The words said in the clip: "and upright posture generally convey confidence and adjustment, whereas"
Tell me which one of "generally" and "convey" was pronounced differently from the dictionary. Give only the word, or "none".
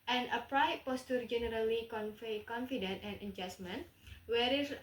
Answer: convey